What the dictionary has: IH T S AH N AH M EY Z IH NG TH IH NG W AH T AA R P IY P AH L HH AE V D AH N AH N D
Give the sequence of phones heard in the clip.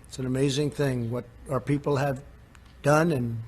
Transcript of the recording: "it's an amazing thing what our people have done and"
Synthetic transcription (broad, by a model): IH T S N AH M EY Z IH NG TH IH NG W AH T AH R P IY P L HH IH V D AH N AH N